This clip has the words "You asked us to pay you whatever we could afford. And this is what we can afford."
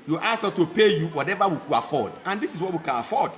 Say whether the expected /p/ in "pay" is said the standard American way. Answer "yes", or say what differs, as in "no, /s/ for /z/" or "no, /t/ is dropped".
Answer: yes